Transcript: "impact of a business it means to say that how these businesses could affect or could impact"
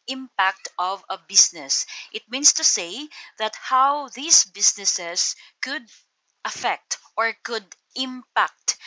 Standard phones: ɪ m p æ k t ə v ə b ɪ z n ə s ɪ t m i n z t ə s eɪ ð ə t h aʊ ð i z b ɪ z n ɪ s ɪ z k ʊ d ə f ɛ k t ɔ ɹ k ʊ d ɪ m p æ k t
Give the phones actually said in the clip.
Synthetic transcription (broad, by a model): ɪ m p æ k t ə v ə b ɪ s n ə s ɪ t m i n s t ə s eɪ ð ə t h aʊ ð i s b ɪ s n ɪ s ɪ s k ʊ d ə f ɛ k t ɔ ɹ k ʊ d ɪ m p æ k t